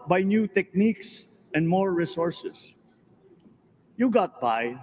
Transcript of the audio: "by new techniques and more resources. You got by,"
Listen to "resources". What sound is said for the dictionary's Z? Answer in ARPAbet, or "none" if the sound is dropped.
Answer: S